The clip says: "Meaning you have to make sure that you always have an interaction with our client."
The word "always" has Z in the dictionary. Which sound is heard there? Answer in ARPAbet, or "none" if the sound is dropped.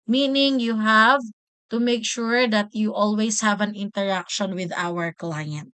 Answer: S